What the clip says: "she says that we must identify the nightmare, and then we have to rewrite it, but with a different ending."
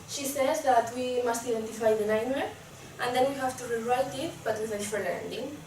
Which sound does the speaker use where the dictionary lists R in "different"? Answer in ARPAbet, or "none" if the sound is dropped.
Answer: none